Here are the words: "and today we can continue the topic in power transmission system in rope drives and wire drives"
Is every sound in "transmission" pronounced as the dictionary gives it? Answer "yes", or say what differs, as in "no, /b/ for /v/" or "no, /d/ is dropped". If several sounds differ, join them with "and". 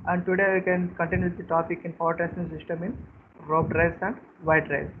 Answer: no, /ɹ/ is dropped